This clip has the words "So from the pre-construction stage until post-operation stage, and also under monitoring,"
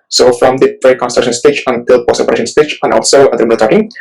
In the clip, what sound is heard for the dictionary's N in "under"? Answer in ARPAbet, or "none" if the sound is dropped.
none